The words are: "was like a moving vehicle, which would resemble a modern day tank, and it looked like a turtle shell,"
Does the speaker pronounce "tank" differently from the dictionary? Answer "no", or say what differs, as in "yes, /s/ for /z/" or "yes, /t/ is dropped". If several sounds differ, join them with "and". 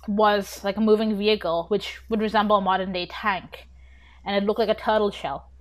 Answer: no